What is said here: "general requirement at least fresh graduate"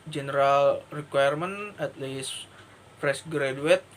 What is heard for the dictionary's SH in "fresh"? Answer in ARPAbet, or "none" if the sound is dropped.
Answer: S